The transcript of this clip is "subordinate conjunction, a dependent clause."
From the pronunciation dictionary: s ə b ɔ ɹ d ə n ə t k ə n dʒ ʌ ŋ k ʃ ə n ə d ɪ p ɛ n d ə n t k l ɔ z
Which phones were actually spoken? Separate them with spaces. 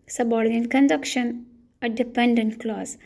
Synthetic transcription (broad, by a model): s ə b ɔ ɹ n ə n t k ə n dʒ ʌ k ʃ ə n ə d ɪ p ɛ n d ə n t k l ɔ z